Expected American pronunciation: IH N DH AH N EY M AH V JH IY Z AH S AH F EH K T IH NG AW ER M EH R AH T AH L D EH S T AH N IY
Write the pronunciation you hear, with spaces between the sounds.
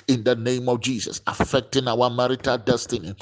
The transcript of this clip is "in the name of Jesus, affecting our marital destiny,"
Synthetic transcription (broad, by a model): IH N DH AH N EY M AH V JH IY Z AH S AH F EH K T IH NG AW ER M EH R AH T AH L D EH S T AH N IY